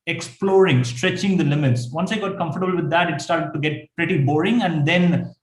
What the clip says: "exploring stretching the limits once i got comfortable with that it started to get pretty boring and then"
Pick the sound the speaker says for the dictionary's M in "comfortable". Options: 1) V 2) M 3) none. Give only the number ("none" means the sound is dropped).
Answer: 2